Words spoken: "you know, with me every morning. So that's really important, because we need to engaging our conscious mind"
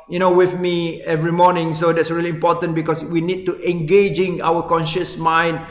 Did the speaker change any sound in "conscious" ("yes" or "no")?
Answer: no